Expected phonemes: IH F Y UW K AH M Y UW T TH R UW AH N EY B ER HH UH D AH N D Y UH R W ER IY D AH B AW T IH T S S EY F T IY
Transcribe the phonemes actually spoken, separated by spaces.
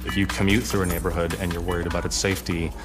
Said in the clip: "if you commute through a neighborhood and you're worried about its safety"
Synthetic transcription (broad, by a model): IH F Y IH K AH M Y UW T TH R UW AH N EY B ER HH UH D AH N Y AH R W ER IY D AH B AW T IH T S S EY F T IY